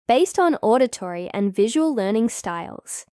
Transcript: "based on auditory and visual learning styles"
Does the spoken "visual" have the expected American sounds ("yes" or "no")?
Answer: yes